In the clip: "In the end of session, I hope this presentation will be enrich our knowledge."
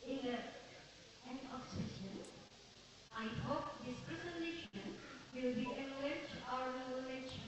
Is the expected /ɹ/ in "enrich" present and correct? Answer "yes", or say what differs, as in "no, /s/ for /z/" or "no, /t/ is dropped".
no, /l/ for /ɹ/